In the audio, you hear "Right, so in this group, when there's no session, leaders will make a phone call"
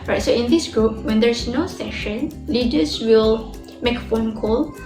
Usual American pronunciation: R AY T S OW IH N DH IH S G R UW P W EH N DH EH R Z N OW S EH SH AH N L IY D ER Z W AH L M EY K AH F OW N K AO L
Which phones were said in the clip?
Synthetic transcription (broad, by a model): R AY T S OW IH N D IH S G R UW P W EH N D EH R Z N OW S EH SH AH N L IY D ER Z W AH L M EY K AH F OW N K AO L